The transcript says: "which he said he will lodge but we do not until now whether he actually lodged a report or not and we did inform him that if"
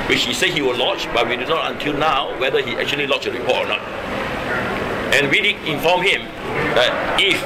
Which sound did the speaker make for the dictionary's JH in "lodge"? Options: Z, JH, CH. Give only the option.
CH